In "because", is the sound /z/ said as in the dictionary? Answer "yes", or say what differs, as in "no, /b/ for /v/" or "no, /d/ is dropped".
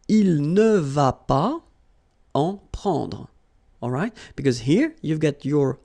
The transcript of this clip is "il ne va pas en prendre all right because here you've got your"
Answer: yes